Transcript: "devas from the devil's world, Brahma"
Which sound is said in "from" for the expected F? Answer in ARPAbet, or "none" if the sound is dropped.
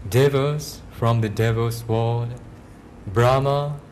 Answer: F